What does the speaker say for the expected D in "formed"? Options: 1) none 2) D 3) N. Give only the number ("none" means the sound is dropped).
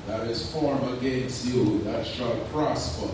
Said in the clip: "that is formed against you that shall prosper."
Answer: 1